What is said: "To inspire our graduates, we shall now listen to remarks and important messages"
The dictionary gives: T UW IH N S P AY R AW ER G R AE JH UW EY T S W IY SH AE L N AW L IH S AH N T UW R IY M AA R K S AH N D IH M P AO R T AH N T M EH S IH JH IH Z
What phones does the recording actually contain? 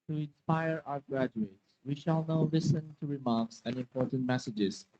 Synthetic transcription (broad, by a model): T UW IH N S P AY R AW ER G R AE JH UW EY T S W IY SH AE L N AW L IH S AH N T UW R IY M AA R K S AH N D IH M P AO R T AH N T M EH S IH JH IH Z